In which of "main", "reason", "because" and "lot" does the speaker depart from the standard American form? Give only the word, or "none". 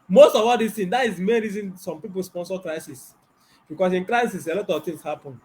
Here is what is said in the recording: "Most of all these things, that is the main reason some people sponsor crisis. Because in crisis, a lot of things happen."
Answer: because